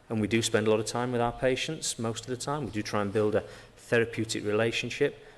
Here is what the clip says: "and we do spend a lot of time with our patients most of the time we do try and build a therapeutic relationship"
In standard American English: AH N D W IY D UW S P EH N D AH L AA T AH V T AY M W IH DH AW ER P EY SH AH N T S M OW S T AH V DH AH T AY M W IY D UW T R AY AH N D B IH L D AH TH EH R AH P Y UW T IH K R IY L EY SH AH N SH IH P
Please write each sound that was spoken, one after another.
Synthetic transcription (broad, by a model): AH N W IY D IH S P EH N D AH L AA T AH V T AY M W IH DH AW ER P EY SH AH N T S M OW S T AH V DH AH T AY M W IY D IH T R AY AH N B IH L D AH TH EH R AH P Y UW T IH K R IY L EY SH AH N SH IH P